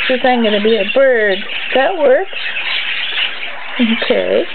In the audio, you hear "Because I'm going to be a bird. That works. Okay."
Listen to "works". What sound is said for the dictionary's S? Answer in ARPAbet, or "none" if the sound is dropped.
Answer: none